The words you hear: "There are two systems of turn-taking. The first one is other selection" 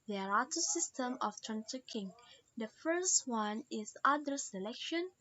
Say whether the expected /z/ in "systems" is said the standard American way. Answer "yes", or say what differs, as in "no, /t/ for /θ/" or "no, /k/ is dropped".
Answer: no, /z/ is dropped